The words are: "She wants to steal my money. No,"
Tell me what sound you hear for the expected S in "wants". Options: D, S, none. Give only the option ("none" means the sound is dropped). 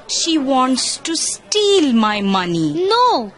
S